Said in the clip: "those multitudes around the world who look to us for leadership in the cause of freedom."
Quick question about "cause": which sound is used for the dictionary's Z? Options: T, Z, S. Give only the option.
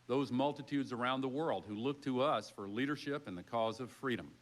Z